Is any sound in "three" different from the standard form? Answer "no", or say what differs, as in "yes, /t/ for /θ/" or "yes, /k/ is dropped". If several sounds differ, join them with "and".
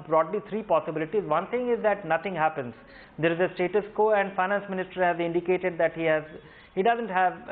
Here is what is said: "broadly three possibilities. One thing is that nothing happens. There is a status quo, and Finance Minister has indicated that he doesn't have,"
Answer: yes, /t/ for /θ/